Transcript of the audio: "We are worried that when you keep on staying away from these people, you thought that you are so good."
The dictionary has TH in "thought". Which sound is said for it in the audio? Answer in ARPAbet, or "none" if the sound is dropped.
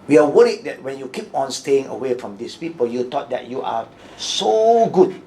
T